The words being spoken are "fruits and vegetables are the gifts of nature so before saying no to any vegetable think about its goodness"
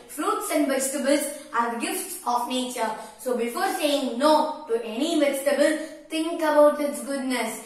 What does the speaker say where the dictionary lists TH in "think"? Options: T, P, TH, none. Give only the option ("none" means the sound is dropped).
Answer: T